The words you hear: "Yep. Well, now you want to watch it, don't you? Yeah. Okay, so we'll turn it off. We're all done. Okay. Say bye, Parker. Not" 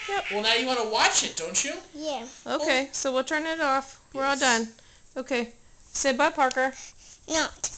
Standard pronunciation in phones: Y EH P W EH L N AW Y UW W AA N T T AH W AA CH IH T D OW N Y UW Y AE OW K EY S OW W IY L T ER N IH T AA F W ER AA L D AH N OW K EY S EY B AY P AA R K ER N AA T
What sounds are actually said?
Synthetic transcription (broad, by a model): Y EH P W EH L N AW Y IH W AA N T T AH W AA CH IH T D OW N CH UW Y AE OW K EY S OW W IY L T ER N IH T AA F W ER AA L D AH N OW K EY S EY B AY P AA R K ER N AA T